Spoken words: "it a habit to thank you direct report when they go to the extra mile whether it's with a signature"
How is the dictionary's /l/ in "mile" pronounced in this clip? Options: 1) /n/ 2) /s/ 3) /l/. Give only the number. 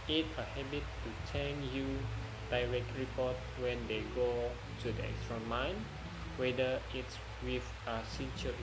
1